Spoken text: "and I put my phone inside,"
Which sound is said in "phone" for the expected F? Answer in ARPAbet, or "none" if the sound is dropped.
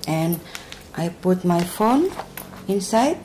F